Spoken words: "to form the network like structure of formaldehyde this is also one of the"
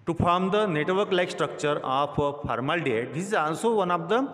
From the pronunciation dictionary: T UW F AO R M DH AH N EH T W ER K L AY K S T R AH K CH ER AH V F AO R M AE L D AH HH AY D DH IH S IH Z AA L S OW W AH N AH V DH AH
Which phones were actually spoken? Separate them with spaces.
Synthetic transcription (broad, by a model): T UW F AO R M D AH N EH T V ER K L AY K S T R AH K CH ER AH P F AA R M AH L D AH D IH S IH Z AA N S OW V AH N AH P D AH